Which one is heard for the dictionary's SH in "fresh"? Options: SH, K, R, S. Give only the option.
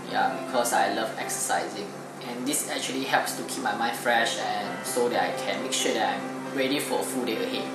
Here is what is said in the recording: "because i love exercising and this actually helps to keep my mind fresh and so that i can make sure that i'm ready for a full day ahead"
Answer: SH